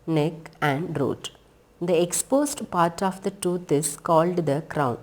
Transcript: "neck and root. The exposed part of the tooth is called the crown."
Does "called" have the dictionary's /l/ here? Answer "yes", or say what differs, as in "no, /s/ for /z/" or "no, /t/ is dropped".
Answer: yes